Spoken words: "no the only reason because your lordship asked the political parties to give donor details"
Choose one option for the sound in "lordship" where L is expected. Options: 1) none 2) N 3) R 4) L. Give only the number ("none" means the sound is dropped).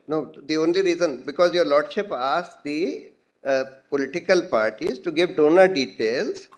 4